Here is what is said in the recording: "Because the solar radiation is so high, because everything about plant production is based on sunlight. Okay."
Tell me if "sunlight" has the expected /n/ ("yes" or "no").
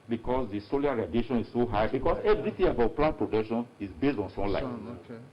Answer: no